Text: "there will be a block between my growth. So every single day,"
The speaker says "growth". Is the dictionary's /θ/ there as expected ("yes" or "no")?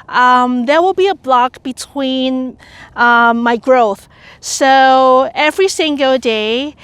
yes